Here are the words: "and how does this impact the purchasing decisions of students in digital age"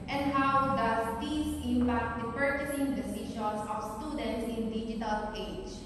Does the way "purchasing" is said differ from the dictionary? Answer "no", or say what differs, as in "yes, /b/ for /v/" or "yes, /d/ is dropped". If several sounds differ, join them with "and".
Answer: no